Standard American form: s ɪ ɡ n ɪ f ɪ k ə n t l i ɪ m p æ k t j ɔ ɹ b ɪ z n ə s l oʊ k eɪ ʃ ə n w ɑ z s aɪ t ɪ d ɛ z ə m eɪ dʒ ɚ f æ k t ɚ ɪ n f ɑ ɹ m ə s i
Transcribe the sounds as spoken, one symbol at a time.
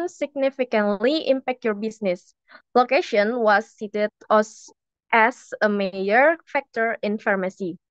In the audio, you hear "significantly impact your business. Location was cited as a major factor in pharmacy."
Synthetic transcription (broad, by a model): s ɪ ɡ n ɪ f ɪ k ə n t l i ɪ m p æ k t j ɔ ɹ b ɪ s n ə s l oʊ k eɪ ʃ ə n w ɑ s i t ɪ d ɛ s ə m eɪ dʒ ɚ f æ k t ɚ ɪ n f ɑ ɹ m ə s i